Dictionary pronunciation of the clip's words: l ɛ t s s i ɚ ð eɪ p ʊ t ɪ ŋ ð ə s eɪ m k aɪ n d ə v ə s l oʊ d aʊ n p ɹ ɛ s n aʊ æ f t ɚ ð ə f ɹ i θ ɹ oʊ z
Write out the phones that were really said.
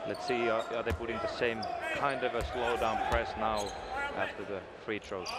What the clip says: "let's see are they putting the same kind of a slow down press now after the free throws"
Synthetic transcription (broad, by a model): l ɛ t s s i ɚ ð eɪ p ʊ t ɪ ŋ ð ə s eɪ m k aɪ n d ə v ə s l oʊ d aʊ n p ɹ ɛ s n aʊ æ f t ɚ ð ə f ɹ i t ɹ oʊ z